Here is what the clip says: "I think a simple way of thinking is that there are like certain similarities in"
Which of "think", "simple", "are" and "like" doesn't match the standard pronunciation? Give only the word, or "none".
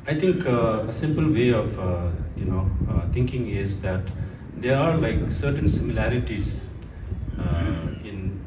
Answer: think